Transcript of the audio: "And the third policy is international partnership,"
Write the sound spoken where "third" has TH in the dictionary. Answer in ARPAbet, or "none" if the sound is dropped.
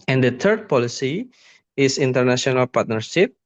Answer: T